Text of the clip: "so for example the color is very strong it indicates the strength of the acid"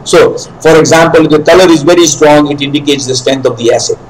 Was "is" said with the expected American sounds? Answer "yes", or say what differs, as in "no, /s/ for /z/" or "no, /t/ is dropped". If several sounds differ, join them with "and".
yes